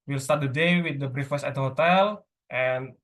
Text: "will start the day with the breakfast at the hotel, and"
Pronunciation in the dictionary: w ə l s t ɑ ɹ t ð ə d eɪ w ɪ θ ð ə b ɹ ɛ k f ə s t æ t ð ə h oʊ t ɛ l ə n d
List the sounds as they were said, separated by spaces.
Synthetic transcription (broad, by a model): w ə l s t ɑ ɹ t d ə d eɪ w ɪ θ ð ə b ɹ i f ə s æ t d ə h oʊ t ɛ l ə n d